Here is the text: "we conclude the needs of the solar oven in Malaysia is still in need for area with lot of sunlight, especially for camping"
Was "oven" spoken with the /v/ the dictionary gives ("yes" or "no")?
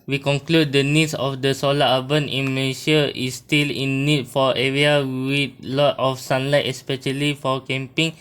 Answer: no